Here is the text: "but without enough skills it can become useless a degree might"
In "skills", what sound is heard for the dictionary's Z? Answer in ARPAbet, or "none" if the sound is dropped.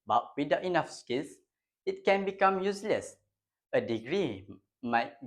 S